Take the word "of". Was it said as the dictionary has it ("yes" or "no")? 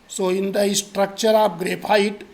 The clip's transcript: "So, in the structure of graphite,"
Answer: no